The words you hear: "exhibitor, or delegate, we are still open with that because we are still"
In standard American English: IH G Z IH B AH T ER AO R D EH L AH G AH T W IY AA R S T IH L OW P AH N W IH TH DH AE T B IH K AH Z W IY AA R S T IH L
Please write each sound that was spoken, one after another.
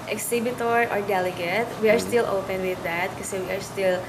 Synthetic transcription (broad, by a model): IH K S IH B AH T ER AO R D EH L AH G AH T W IY AA R S T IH L OW P AH N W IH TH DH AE T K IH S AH W IY AA R S T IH L